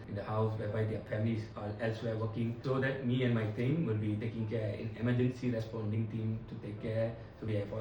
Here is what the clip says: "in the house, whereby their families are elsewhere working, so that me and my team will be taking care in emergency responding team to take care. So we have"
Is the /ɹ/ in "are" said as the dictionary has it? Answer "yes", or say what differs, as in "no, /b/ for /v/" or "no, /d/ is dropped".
no, /l/ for /ɹ/